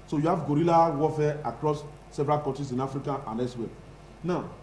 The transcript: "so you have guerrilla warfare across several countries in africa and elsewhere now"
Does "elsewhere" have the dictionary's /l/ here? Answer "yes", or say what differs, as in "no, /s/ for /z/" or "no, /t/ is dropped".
no, /l/ is dropped